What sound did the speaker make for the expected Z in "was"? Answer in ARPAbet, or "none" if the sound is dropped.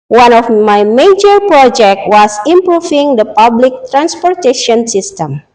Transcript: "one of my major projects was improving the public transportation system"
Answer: S